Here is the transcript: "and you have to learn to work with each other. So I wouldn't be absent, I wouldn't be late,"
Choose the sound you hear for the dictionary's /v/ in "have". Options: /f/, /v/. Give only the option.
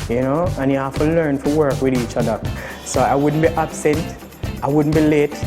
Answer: /f/